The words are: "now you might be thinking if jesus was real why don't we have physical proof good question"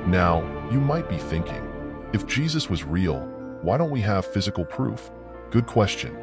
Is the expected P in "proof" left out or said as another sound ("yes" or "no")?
no